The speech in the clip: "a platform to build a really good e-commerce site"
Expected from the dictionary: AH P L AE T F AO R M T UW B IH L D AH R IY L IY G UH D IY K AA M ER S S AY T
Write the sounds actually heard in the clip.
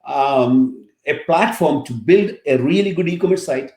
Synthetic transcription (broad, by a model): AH P L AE T F AO R M T UW B IH L D AH R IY L IY G UH D IY K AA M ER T S AY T